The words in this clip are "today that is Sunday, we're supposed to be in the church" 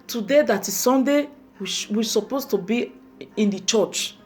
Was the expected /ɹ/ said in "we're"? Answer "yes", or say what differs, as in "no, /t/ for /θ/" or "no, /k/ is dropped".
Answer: no, /w/ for /ɹ/